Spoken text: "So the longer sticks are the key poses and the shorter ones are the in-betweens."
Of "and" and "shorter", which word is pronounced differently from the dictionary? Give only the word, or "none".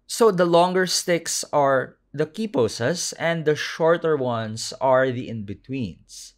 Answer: none